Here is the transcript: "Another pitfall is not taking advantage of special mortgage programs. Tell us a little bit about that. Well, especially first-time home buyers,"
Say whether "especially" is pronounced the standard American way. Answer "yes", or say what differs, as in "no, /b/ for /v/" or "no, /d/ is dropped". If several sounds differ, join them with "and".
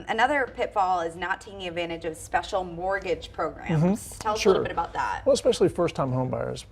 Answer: yes